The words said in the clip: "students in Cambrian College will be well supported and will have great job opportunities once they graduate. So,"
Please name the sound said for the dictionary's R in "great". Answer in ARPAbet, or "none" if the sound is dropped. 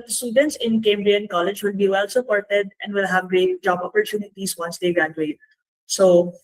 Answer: R